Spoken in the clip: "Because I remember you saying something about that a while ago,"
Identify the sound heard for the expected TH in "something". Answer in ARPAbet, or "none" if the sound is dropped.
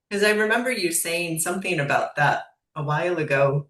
TH